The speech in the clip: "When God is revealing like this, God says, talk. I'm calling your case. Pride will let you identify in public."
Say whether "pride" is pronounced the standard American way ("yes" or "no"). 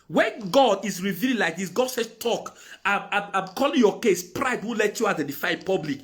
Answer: yes